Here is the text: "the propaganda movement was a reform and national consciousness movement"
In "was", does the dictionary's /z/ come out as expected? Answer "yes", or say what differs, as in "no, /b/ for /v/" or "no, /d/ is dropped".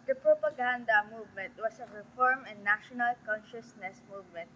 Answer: no, /s/ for /z/